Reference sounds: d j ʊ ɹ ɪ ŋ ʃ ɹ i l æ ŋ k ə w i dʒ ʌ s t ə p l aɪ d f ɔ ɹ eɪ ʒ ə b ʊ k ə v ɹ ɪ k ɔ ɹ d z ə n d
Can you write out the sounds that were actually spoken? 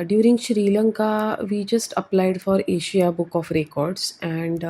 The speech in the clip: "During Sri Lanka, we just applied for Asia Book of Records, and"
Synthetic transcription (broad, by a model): d j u ɹ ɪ ŋ ʃ ɹ i l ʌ ŋ k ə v i dʒ ʌ s t ə p l aɪ d f ɔ ɹ eɪ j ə b ʊ k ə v ɹ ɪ k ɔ ɹ d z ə n d